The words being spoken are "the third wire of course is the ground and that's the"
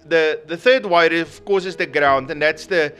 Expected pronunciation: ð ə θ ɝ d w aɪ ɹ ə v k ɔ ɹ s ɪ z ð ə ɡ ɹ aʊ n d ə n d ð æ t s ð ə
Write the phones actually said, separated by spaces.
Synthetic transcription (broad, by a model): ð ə θ ɝ d w aɪ ɹ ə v k ɔ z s ɪ z ð ə ɡ ɹ aʊ n d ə n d ð æ t s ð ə